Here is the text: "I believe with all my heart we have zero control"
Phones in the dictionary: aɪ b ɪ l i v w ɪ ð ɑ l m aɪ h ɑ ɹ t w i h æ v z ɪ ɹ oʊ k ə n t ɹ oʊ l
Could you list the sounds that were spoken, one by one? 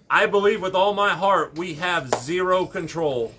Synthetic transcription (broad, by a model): aɪ b ɪ l i v w ɪ ð ɑ l m aɪ h ɑ ɹ t w i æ v z ɪ ɹ oʊ k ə n t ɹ oʊ l